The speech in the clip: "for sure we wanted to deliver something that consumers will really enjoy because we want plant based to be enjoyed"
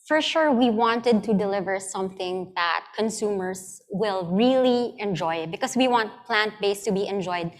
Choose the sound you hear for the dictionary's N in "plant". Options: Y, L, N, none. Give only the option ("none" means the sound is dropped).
N